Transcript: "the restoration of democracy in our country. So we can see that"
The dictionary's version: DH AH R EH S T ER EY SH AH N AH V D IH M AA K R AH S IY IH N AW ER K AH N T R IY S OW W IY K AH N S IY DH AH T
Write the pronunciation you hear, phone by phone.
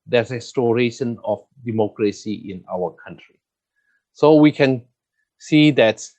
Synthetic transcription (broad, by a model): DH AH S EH S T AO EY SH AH N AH F D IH M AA K R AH S IY IH N AW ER K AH N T R IY S OW W IY K AH N S IY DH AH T